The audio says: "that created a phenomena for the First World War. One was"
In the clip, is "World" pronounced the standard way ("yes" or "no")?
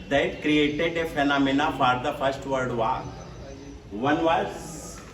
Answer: no